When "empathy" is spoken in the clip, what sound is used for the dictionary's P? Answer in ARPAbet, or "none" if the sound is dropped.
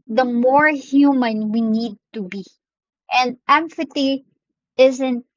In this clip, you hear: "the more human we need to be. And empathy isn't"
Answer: F